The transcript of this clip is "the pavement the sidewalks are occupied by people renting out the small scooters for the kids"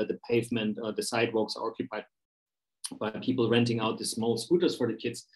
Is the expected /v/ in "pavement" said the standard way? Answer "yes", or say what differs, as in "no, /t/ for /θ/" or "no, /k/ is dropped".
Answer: yes